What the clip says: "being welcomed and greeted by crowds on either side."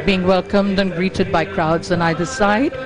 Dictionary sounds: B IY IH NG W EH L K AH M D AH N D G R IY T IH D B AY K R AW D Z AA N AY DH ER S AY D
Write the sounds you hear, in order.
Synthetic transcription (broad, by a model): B IY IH NG W EH L K AH M D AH N G R IY T IH D B AY K R AW D Z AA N AY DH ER S AY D